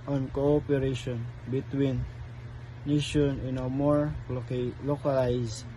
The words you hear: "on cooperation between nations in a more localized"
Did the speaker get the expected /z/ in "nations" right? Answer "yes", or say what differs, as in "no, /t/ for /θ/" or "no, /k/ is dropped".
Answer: no, /z/ is dropped